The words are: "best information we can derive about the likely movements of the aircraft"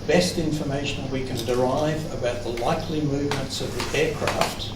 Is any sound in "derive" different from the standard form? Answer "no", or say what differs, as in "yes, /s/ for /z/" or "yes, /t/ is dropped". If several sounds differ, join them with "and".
no